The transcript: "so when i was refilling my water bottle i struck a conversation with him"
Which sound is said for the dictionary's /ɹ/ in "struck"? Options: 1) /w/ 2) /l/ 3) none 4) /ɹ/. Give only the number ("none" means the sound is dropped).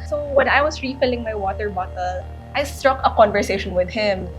4